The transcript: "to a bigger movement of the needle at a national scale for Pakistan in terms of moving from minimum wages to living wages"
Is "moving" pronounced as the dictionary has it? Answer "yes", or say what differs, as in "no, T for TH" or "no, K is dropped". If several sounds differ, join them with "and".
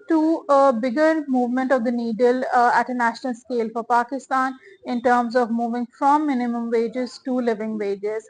yes